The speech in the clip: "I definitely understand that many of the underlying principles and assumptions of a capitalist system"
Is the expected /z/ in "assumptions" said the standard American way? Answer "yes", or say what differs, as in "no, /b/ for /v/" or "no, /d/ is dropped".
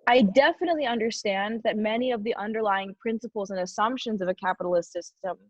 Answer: yes